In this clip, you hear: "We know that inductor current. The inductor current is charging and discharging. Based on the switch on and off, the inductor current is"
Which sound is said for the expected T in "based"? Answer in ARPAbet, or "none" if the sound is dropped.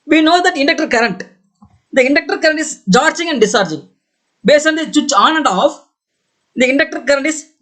none